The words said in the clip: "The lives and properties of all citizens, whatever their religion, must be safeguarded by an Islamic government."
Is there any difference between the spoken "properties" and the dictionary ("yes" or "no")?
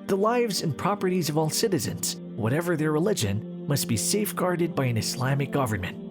no